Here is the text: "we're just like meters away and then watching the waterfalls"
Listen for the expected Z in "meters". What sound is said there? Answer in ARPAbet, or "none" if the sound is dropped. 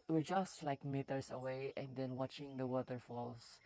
S